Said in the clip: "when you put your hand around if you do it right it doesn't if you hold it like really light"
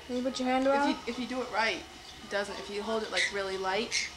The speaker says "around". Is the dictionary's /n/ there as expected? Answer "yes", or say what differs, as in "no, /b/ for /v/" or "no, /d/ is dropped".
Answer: no, /n/ is dropped